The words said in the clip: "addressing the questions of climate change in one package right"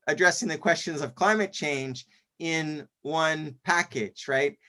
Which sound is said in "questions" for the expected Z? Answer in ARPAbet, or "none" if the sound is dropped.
Z